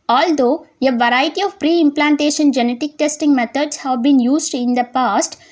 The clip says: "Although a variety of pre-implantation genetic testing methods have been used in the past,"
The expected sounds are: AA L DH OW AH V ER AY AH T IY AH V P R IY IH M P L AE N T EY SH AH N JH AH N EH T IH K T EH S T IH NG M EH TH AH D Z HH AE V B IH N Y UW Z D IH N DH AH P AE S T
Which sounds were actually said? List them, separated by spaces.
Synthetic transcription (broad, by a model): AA L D OW AH V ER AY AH T IY AH V P R IY IH M P L AE N T EY SH AH N JH AH N EH T IH K T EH S T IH NG M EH T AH D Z HH AE V B IH N Y UW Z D IH N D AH P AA S T